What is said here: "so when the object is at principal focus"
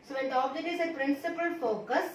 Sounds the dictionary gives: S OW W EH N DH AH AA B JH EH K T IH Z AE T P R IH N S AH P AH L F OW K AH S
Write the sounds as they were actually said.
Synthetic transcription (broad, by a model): S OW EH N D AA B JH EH T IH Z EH P R IH N S AH P AH L F OW K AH S